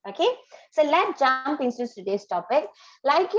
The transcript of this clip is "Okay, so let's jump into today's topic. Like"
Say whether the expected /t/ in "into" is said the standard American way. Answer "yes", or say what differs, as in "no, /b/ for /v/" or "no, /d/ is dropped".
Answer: no, /s/ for /t/